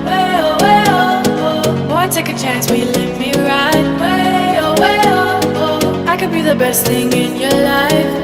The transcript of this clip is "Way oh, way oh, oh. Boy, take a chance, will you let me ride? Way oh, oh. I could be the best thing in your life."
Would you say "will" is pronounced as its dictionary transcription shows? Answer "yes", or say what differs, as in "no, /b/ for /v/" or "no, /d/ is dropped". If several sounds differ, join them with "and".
no, /n/ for /l/